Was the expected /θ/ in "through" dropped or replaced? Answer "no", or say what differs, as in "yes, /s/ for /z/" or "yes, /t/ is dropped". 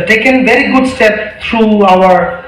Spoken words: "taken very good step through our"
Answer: yes, /t/ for /θ/